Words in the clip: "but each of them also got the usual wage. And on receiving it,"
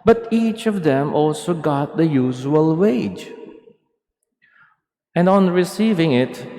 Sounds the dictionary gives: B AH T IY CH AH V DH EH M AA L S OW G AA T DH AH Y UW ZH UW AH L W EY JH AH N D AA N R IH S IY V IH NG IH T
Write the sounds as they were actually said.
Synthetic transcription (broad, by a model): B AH T IY CH AH V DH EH M AA L S OW G AA T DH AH Y UW ZH UW AH L W EY JH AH N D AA N R IH S IY V IH NG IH T